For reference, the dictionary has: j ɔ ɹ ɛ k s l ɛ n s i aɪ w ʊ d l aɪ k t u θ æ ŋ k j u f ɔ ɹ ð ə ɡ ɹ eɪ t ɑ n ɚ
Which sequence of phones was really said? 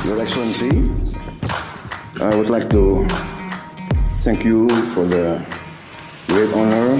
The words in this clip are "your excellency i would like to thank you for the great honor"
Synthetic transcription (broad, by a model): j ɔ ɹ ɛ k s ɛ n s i aɪ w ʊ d l aɪ k t u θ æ ŋ k j u f ɔ ɹ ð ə ɡ ɹ eɪ t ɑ n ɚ